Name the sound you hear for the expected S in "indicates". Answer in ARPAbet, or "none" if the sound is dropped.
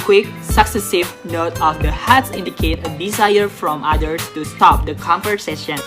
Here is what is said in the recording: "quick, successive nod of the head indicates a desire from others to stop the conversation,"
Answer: none